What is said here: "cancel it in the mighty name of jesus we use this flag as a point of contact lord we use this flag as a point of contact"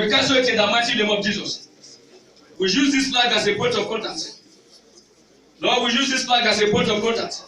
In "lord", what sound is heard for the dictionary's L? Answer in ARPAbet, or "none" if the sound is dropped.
N